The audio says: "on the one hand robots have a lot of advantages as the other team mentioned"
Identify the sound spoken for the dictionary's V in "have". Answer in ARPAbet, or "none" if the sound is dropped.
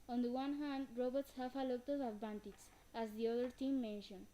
F